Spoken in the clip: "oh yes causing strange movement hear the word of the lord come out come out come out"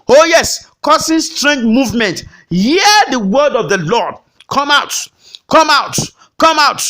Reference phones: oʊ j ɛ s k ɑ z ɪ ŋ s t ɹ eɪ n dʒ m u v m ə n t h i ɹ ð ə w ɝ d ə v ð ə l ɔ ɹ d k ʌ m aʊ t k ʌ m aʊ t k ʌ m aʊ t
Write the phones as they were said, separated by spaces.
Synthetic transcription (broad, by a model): oʊ j ɛ s k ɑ s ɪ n s t ɹ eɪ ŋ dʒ m u v m ə n t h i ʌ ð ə w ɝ d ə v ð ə l ɔ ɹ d k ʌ m aʊ t k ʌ m aʊ t k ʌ m aʊ t